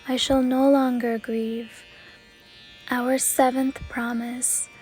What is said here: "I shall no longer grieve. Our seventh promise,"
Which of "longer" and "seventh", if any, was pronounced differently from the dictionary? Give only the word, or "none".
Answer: none